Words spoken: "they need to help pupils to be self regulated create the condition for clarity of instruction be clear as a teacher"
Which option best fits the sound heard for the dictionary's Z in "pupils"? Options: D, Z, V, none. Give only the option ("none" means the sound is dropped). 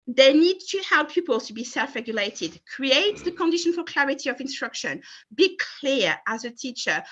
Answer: none